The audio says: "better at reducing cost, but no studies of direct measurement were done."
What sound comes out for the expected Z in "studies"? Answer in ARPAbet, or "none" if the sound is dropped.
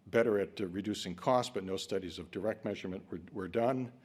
Z